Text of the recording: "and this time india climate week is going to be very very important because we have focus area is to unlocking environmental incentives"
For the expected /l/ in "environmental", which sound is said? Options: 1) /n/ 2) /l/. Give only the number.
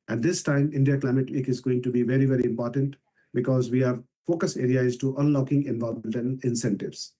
1